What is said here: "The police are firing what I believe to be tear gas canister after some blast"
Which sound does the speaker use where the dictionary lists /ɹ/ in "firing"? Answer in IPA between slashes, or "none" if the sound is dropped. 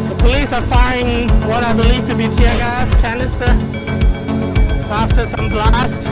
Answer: none